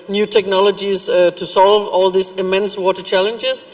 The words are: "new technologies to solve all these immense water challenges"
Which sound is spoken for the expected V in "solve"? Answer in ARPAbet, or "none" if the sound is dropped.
V